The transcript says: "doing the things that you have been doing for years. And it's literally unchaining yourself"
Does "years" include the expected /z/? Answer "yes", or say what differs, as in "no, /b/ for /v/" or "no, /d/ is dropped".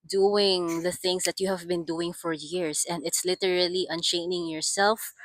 no, /s/ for /z/